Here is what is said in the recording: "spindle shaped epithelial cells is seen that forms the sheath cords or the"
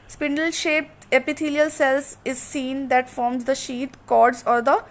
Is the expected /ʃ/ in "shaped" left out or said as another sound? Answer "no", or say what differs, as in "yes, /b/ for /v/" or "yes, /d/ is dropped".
no